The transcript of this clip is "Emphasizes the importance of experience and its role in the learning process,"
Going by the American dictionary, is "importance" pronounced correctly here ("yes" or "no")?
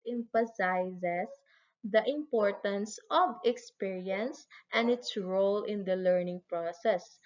yes